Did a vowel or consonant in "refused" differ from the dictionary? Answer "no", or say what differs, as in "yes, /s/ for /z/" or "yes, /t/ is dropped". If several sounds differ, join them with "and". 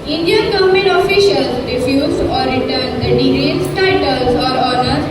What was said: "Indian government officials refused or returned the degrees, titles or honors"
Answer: yes, /d/ is dropped